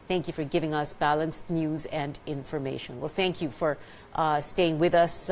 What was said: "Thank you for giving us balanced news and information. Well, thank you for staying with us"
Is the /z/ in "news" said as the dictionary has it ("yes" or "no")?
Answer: yes